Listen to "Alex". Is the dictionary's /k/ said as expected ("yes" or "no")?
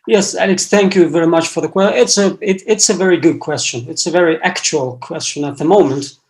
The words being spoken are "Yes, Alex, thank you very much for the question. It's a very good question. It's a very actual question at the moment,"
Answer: yes